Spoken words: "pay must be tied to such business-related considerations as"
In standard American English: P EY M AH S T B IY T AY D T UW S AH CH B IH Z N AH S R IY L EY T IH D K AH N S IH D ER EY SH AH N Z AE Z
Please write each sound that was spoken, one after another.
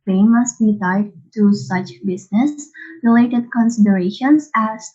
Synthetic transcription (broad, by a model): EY M AH S T B IY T AY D T UW S AH CH B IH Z N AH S R IY L EY T IH D K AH N S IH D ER EY SH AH N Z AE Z